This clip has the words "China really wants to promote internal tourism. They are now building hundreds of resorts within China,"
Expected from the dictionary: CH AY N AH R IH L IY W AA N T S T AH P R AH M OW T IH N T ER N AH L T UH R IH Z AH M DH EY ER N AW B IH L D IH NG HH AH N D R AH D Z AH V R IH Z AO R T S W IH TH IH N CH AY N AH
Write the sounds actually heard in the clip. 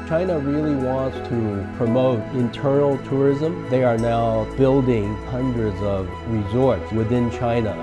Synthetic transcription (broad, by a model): CH AY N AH R IH L IY W AA N T S T AH P R AH M OW T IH N T ER N L T UH R IH Z AH M DH EY ER N AW B IH L D IH NG HH AH N D R AH D Z AH V R IH Z AO R T S W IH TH IH N CH AY N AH